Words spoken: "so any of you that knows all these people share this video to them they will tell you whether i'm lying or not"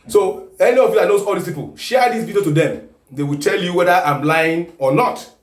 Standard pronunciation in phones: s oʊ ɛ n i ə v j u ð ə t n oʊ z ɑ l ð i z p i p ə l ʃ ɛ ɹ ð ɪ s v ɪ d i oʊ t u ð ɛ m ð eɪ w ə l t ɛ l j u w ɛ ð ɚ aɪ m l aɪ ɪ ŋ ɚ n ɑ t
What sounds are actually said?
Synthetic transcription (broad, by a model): s oʊ ɛ n i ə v j u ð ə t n oʊ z ɑ l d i s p i p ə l ʃ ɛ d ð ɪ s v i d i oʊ t u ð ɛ m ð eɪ w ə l t ɛ l j u w ɛ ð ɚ aɪ m l aɪ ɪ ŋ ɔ n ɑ t